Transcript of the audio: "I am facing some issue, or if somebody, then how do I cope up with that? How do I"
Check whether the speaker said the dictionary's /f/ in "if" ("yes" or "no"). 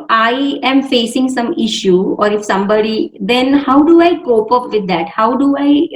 yes